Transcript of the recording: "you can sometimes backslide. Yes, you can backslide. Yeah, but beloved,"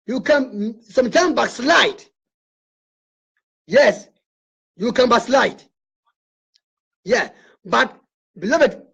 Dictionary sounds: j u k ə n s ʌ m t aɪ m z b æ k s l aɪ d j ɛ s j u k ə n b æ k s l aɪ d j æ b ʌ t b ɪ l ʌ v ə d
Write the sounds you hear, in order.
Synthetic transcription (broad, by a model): j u k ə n s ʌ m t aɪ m b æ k s l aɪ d j ɛ s j u k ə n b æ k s l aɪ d j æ b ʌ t b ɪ l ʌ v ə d